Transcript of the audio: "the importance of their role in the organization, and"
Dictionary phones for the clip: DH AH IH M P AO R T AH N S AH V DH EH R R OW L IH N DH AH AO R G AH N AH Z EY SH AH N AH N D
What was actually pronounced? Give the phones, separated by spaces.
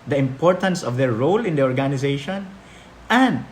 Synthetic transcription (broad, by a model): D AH IH M P AO R T AH N S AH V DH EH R R OW L IH N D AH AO R G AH N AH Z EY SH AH N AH N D